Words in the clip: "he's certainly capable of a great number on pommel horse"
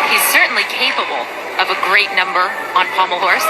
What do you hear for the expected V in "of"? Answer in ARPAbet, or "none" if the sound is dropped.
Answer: V